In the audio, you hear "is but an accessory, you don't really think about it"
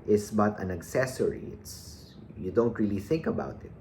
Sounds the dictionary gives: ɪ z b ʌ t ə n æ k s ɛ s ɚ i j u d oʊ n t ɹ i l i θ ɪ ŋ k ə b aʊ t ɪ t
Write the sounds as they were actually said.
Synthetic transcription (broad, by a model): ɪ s b ʌ t ə n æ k s ɛ s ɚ i j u d oʊ n t ɹ i l i θ ɪ ŋ k ə b aʊ t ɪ t